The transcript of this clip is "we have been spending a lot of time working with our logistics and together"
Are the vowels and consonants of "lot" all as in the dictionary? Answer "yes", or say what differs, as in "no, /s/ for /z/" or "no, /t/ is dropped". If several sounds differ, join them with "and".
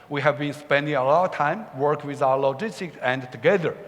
yes